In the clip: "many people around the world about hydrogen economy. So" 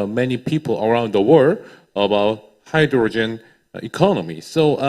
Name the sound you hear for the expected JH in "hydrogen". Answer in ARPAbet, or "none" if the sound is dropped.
JH